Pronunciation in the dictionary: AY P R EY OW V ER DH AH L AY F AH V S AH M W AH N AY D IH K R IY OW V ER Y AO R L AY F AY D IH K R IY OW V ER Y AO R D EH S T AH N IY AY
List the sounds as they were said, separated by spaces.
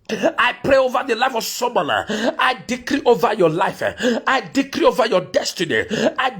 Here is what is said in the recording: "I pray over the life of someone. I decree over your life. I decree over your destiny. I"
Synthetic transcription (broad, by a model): AY P R EY OW V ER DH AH L AY F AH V S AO M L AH AY D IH K R IY OW V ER Y AO L AY F AY D IH K R IY OW V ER Y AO D EH S T AH N IY AY